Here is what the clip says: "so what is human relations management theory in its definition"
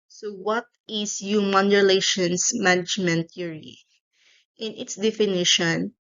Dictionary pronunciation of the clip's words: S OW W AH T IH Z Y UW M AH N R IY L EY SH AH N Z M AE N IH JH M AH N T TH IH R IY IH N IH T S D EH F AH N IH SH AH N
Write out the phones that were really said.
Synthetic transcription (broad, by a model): S OW W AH T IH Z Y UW M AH N R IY L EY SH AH N S M AE N IH JH M AH N T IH R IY IH N IH T S D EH F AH N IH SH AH N